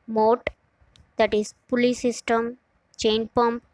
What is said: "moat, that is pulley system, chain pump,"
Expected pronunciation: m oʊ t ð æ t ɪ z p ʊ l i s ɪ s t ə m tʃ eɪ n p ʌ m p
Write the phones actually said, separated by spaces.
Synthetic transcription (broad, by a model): m oʊ t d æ t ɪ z p ʊ l i s ɪ s t ə m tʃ eɪ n p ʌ m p